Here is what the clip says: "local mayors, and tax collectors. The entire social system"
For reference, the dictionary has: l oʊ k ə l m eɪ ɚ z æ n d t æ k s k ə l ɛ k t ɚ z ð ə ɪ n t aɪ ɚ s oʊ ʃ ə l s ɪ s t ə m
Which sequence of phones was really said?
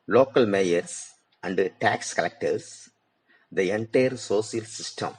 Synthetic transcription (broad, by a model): l oʊ k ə l m eɪ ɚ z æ n d t æ k s k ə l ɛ k t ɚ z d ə ɪ n t aɪ ɚ s oʊ s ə l s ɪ s t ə m